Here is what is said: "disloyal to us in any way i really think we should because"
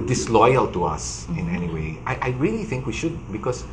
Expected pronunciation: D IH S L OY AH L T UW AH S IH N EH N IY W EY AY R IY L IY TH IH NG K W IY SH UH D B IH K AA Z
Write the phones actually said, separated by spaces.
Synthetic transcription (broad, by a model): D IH S L OY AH L T UW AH S IH N EH N IY W EY AY R IY L IY TH IH NG K W IY SH UH D B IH K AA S